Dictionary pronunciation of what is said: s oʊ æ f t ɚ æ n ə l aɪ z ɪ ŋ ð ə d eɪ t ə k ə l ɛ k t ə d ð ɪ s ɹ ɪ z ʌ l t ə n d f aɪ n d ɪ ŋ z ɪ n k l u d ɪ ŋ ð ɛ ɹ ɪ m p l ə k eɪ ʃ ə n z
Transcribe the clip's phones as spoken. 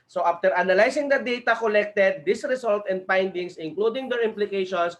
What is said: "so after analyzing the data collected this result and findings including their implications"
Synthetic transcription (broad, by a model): s oʊ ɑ f t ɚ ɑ n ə l aɪ s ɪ ŋ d ə d eɪ t ə k ə l ɛ k t ə d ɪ s ɹ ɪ s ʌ l t ə n d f aɪ n d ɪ ŋ s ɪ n k l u d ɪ ŋ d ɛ ɹ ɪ m p l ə k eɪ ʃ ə n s